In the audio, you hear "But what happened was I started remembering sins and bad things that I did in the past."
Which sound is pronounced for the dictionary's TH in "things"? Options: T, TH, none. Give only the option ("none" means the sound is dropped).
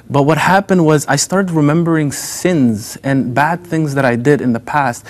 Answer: TH